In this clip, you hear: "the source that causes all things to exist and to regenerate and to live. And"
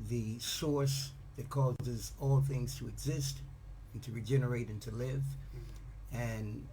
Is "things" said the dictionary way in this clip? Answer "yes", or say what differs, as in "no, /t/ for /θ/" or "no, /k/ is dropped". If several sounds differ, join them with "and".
yes